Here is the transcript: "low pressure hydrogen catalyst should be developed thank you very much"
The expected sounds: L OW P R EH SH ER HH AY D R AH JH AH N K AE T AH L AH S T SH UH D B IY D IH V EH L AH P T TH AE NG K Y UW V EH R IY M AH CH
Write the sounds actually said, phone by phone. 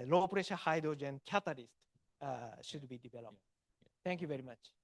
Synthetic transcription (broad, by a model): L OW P R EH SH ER HH AY D R AH JH AH N K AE T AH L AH S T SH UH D B IY D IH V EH L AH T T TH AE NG K Y UW V EH R IY M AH CH